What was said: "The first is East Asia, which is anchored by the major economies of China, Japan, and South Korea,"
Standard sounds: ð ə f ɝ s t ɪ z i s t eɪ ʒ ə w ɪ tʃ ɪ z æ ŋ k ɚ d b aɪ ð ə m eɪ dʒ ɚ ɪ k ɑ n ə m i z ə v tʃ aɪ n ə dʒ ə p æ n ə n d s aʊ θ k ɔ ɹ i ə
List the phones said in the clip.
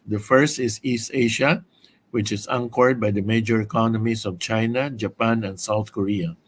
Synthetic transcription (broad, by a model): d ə f ɝ s t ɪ s i s t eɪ ʃ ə w ɪ tʃ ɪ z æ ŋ k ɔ d b aɪ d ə m eɪ dʒ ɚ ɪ k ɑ n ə m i s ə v tʃ aɪ n ə dʒ ə p æ n ə n d s aʊ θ k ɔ ɹ i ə